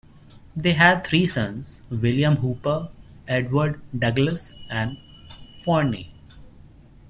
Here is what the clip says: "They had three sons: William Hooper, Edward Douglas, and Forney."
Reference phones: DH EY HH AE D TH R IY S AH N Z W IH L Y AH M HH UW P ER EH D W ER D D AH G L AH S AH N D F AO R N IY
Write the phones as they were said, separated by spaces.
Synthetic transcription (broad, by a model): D EY HH AE D T R IY S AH N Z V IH L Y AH M HH UW P ER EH D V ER D D AH G L AH S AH N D F AO R N IY